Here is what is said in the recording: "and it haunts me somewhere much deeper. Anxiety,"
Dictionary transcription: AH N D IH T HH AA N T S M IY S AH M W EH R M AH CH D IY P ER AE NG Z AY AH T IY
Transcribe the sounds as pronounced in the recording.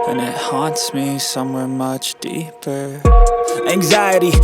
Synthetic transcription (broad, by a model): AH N IH T HH AA N T S M IY S AH M W EH R M AH CH D IY P ER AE NG Z AY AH T IY